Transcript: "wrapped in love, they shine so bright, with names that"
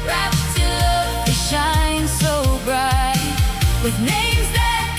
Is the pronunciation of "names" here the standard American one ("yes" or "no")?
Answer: yes